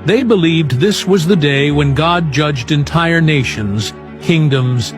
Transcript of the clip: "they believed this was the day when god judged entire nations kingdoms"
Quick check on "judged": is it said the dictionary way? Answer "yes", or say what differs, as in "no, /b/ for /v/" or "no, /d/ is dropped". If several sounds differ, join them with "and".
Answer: yes